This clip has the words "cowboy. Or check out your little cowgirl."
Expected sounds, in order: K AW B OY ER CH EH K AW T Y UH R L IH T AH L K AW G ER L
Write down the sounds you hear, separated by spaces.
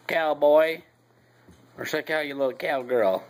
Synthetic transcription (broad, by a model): K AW B OY ER S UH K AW Y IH L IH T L K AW G ER L